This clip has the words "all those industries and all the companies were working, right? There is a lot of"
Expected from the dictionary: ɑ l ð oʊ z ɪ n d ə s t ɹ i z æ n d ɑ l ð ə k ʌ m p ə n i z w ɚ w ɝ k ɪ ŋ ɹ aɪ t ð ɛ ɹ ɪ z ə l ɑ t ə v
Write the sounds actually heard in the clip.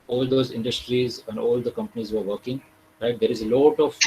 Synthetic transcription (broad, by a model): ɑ l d oʊ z ɪ n d ə s t ɹ i z æ n d ɑ l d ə k ʌ m p ə n i z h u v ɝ k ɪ ŋ ɹ aɪ t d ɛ ɹ ɪ z ə l ɑ t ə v